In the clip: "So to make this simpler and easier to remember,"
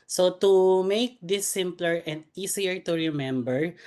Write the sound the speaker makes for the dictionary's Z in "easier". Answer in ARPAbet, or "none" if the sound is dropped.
S